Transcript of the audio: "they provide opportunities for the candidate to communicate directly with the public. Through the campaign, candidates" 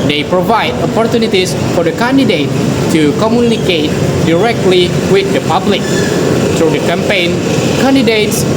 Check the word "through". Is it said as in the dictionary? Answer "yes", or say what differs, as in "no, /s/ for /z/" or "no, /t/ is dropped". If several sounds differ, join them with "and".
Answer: no, /t/ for /θ/